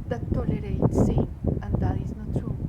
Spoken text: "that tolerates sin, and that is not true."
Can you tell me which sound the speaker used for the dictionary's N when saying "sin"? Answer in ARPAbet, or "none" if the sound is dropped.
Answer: none